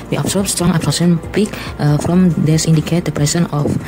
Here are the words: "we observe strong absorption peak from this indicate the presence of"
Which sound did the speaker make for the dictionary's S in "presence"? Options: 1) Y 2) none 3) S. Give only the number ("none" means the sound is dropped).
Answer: 2